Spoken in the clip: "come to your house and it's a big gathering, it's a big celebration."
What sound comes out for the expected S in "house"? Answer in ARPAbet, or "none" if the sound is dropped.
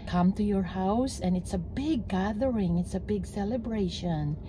S